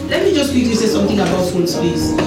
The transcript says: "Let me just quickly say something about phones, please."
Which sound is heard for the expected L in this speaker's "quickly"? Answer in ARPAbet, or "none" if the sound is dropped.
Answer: none